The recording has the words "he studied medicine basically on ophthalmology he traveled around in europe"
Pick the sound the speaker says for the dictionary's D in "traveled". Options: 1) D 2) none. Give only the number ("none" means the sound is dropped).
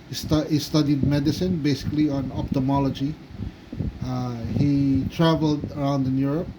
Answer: 1